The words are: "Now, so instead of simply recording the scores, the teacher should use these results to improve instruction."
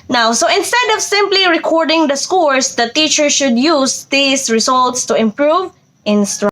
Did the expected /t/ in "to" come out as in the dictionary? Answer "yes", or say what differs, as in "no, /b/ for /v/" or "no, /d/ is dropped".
yes